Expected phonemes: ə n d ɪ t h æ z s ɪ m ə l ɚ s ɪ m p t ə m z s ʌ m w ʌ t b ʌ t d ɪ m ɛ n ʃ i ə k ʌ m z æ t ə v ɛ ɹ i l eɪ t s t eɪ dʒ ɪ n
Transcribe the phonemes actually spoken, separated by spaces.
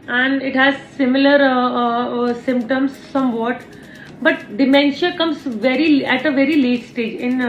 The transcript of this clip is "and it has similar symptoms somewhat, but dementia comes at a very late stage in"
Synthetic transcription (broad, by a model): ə n d ɪ t h æ z s ɪ m ə l ɚ s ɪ m p t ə m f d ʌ m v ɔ t b ʌ t d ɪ m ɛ n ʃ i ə k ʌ m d æ t ə v ɛ ɹ i l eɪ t s t eɪ dʒ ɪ n